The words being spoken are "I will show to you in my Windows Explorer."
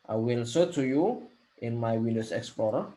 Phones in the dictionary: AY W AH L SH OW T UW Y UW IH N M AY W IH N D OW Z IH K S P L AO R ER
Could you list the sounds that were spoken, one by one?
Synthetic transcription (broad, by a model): AY W AH L S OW T UW Y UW IH N M AY W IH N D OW S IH K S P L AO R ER